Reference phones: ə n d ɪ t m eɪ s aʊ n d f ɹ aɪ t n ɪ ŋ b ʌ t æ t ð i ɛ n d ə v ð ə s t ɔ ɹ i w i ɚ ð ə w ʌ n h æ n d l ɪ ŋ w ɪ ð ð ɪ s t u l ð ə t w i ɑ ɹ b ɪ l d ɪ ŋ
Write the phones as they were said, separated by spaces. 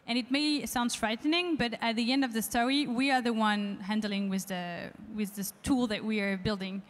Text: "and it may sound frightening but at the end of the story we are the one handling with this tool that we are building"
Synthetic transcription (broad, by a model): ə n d ɪ t m eɪ s aʊ n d f ɹ aɪ t n ɪ ŋ b ʌ t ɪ t ð i ɛ n d ə v ð ə s t ɔ ɹ i w i ɚ ð ə w ʌ n h æ n d l ɪ ŋ w ɪ ð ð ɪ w t u l ð ə t w i ɹ b ɪ l d ɪ ŋ